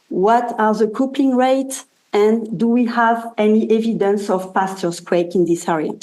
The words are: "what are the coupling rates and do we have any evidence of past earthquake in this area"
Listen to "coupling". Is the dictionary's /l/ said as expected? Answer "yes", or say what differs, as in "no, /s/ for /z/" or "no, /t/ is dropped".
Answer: no, /l/ is dropped